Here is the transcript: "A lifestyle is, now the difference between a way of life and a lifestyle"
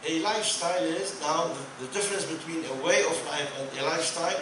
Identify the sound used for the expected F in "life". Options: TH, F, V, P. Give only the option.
P